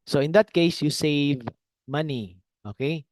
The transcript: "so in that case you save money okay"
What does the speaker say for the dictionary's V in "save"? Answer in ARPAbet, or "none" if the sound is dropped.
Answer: V